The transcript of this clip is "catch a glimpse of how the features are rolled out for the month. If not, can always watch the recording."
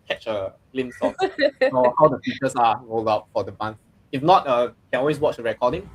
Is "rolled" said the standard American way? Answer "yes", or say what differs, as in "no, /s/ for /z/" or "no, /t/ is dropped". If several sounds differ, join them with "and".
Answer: yes